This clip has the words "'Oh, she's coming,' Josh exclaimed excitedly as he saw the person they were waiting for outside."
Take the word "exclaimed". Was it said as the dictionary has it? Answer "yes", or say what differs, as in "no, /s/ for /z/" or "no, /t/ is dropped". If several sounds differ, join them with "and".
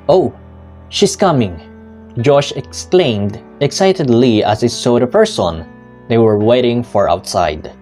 yes